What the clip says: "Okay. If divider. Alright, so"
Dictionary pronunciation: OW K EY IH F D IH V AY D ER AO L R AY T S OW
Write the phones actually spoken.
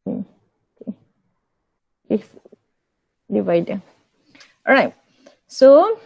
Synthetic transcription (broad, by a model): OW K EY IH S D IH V AY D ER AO R AY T S OW